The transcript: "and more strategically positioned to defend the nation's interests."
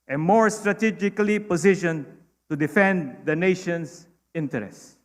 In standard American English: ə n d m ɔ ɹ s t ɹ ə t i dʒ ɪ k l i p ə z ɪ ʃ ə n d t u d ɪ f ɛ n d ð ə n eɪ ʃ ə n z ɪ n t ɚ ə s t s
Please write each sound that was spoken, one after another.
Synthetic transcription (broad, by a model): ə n m ɔ ɹ s t ɹ ə t i dʒ ɪ k l i p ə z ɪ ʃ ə n t u d ɪ f ɛ n d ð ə n eɪ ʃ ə n s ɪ n t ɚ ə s s